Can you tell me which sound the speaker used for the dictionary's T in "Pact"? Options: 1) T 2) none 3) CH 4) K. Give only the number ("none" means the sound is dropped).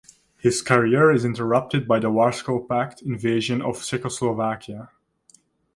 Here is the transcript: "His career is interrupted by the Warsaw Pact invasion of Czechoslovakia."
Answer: 1